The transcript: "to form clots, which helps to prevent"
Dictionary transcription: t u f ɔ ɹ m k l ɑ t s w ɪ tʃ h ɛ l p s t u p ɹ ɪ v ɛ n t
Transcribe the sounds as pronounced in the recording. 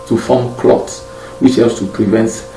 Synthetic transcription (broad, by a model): t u f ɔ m k l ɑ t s w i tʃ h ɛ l s t u p ɹ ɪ v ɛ n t